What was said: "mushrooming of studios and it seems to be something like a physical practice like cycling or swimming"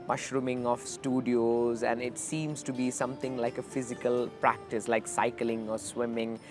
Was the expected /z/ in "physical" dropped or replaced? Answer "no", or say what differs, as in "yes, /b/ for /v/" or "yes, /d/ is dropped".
no